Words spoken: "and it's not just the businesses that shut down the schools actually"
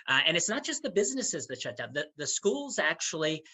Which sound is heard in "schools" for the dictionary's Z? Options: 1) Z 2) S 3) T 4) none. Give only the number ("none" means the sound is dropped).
1